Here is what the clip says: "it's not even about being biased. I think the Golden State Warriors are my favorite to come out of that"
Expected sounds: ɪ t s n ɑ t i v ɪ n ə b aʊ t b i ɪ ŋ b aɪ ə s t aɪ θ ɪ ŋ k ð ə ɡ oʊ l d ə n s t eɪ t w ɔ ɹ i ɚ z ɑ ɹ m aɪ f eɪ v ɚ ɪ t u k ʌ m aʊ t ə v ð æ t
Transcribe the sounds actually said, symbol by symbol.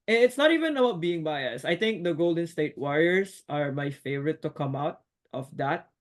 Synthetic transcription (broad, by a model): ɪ t s n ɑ t i v ɪ n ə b aʊ t b i ɪ ŋ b aɪ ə s aɪ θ ɪ ŋ k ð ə ɡ oʊ l d ə n s t eɪ t w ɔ ɹ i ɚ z ɑ ɹ m aɪ f eɪ v ɚ ɪ t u k ʌ m aʊ t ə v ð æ t